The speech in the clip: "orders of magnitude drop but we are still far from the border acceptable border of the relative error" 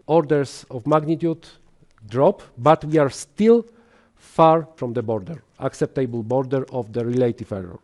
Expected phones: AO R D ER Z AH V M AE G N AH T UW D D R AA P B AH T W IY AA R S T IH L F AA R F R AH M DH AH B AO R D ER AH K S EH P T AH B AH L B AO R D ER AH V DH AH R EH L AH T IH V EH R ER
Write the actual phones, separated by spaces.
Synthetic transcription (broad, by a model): AO R D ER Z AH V M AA G N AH T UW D D R AA P B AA T W IY AA R S T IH L F AA R F R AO M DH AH B AO R D ER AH K S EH P T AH B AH L B AO R D ER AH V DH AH R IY L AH T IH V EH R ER